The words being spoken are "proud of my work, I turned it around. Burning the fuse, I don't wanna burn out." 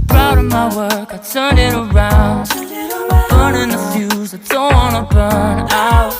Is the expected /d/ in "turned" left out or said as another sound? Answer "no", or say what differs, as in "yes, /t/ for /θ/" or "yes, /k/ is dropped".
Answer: yes, /d/ is dropped